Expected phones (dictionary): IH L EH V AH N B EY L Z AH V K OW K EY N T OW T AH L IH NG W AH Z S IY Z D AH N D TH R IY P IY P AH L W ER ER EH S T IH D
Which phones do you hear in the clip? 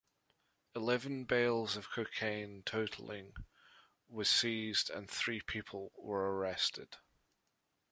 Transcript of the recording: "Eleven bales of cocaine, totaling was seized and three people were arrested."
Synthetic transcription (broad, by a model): IH L EH V AH N B EY L Z AH V K OW K EY N T OW T L IH NG W AH Z S IY Z D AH N TH R IY P IY P AH L W ER ER EH S T IH D